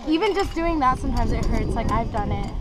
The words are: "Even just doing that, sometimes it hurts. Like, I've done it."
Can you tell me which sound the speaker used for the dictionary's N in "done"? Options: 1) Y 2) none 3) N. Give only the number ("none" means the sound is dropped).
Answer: 3